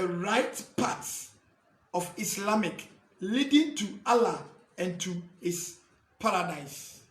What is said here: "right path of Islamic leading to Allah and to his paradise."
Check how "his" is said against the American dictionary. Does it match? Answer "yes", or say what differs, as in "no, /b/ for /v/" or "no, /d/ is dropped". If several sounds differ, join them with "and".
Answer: no, /s/ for /z/